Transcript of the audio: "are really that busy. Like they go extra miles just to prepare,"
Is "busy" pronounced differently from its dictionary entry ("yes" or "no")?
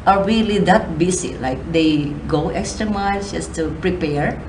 yes